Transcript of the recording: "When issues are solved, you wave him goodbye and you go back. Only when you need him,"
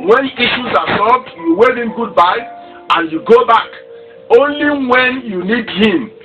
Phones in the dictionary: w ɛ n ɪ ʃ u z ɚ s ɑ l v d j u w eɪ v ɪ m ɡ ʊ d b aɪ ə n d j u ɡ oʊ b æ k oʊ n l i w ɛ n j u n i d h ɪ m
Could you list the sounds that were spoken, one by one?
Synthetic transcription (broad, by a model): w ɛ n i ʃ u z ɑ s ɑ v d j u w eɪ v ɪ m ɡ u d b aɪ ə n j u ɡ oʊ b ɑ k oʊ n l i w ɛ n j u n i d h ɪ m